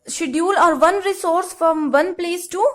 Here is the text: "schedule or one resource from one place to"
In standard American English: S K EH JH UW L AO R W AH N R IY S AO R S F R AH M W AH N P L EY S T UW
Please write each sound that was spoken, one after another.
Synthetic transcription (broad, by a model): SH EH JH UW L AO R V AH N R IY S AO R S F R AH M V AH N P L EY S T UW